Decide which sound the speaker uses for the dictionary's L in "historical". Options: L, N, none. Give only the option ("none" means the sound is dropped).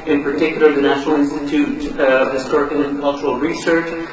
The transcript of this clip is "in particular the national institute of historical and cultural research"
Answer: N